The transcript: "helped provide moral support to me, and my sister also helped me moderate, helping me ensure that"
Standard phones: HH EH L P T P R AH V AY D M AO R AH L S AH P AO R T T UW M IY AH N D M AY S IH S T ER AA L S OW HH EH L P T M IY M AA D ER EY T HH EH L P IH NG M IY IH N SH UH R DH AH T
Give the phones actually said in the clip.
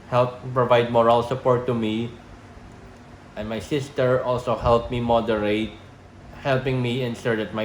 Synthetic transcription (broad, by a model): HH EH L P P R AH V AY D M AO R AH L S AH P AO R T T UW M IY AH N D M AY S IH S T ER AA L S OW HH EH L P M IY M AA D ER EY T HH EH L P IH NG M IY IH N S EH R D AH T